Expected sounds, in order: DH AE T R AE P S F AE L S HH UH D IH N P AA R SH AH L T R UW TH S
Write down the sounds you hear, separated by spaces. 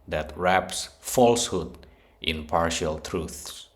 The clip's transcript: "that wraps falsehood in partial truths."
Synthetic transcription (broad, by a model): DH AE T R AE P S F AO L S HH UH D IH N P AA R SH AH L T R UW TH S